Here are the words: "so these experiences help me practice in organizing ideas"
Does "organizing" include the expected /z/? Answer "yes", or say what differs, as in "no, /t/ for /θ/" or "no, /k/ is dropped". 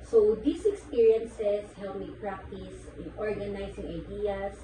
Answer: no, /s/ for /z/